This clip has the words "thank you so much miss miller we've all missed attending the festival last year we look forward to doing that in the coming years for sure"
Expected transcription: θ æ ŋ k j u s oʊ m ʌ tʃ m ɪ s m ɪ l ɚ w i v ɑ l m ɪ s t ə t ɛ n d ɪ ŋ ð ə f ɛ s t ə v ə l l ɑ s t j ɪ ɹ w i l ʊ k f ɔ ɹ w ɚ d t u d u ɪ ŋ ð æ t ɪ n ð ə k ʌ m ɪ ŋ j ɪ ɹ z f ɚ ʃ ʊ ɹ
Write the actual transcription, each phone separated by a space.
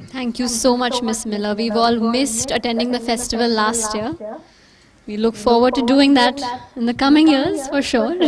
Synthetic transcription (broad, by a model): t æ ŋ k j u s oʊ m ʌ tʃ m ɪ s m ɪ l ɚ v i v ɑ l m ɪ s t ə t ɛ n d ɪ ŋ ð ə f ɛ s t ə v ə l l ɑ s t j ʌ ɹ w i l ʊ k f ɔ ɹ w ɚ d t u d u ɪ ŋ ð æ t ɪ n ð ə k ʌ m ɪ ŋ j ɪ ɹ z f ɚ ʃ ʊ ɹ